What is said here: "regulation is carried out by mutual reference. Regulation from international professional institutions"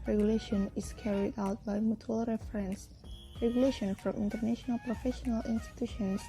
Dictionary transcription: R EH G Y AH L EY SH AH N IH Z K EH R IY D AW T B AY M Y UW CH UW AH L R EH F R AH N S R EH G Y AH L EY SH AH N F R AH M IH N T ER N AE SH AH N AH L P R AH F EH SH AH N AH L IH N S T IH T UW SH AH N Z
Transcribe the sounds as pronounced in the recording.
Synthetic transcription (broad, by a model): R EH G Y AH L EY SH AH N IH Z K EH R IY D AW T B AY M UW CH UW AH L R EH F R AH N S R EH G Y AH L EY SH AH N F R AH M IH N T ER N AE SH AH N AH L P R AH F EH SH AH N AH L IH N S T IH T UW SH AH N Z